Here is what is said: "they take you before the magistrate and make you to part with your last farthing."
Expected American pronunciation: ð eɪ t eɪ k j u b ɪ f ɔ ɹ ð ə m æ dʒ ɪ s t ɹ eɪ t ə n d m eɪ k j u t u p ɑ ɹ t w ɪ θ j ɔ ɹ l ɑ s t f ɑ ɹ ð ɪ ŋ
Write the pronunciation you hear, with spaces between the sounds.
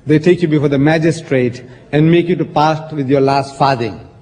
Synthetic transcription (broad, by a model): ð eɪ t eɪ k j u b ɪ f ɔ ɹ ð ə m æ dʒ ɪ s t ɹ eɪ t ə n d m eɪ k j u t u p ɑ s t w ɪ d j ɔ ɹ l ɑ s t f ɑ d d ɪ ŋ